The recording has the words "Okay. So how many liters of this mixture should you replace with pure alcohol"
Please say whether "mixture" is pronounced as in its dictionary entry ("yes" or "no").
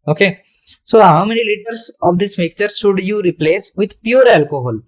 no